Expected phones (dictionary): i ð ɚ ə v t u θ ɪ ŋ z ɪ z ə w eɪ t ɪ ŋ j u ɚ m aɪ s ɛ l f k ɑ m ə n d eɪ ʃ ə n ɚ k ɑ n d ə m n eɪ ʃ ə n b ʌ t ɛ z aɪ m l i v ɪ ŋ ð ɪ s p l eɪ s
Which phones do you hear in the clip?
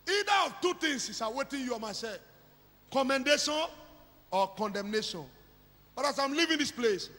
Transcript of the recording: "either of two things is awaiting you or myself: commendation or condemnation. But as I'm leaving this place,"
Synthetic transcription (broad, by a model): i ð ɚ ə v t u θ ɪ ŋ s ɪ s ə w eɪ t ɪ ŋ j u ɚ m aɪ s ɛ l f k ɑ m ə n d eɪ ʃ ə n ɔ k ɑ n d ə m n eɪ ʃ ə n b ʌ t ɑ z aɪ m l i v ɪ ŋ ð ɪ s p l eɪ s